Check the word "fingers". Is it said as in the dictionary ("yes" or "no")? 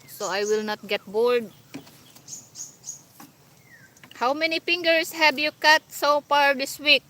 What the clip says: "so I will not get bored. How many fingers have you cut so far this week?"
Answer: no